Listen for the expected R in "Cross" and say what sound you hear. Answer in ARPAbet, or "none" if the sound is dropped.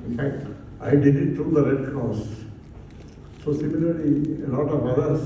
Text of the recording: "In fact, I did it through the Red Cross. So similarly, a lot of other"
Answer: none